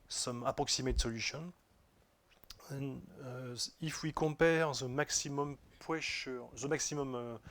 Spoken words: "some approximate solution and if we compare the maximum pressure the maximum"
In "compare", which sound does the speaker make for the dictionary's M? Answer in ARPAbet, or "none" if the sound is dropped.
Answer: none